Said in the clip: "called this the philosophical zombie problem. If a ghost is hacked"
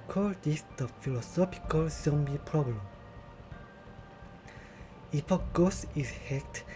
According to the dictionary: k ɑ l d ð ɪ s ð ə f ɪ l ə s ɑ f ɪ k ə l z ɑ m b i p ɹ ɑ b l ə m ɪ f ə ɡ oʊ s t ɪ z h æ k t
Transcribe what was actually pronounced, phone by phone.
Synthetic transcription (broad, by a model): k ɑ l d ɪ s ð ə f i l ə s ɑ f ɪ k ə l s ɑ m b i p ɹ ɑ b l ə m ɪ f ə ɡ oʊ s ɪ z h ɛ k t